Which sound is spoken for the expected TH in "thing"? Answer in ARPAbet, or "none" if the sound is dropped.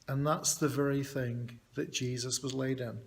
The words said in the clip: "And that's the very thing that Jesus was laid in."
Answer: TH